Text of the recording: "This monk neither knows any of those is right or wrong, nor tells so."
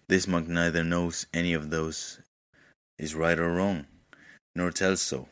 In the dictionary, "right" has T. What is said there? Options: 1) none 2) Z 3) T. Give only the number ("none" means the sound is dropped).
3